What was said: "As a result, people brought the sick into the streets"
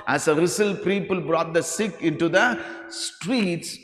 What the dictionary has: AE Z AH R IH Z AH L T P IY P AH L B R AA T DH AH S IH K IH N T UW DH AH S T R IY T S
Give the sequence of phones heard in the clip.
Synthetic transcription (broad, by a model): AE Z AH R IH S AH L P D IY P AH L B R AA T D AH S IH K IH N T UW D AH S T R IY T S